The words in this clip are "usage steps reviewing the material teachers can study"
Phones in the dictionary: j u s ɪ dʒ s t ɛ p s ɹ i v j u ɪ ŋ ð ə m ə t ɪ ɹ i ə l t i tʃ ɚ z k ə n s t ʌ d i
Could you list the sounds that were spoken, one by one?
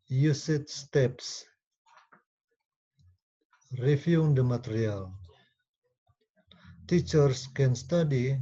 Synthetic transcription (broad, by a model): j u s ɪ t s t ɛ p s ɹ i f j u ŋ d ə m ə t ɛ ɹ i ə l t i tʃ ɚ s k ə n s t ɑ d i